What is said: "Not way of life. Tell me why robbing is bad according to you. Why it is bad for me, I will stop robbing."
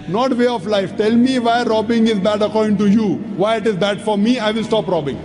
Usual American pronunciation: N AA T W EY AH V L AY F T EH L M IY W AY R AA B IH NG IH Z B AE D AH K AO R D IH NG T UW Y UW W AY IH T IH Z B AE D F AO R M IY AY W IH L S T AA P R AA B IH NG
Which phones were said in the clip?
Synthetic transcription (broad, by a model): N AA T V EY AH F L AY F T EH L M IY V AY R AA B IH NG IH Z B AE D AH K AO R D IH NG T UW Y UW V AY IH T IH Z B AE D F AO R M IY AY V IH L S T AA P R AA B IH NG